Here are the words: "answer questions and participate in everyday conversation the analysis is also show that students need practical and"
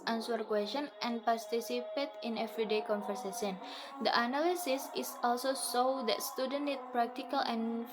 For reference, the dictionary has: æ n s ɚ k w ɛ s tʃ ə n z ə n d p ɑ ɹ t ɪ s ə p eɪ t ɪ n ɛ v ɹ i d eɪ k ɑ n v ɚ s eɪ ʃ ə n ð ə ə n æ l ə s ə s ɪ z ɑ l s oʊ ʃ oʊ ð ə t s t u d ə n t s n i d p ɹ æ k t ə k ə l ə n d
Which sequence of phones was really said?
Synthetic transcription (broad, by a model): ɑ n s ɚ k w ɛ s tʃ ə n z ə n p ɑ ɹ t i s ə p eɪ t ɪ n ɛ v ɹ i d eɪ k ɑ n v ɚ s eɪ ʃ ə n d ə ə n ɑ l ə s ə s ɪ s ɑ l s oʊ s oʊ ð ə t s t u d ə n n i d p ɹ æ k t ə k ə l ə n